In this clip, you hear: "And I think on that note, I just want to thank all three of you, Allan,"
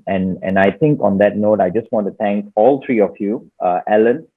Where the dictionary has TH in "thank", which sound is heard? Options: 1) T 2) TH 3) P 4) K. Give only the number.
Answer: 1